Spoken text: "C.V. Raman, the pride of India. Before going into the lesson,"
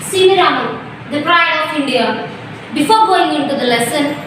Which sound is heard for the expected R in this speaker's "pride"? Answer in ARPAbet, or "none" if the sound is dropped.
R